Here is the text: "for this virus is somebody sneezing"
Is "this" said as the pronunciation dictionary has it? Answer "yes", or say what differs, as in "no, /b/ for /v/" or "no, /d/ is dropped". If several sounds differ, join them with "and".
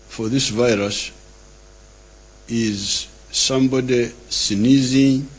yes